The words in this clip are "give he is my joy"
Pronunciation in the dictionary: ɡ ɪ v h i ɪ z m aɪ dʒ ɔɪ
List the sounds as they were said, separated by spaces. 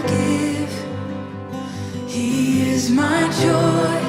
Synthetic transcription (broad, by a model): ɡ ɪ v h i ɪ z m aɪ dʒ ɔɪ